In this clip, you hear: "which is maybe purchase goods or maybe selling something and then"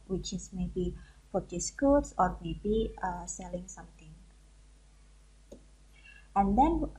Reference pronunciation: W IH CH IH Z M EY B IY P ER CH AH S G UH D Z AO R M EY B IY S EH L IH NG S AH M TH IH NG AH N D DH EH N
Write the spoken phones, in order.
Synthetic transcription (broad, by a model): W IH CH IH S M EY B IY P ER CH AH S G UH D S AO R M EY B IY S EH L IH NG S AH M T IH NG AH N D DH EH N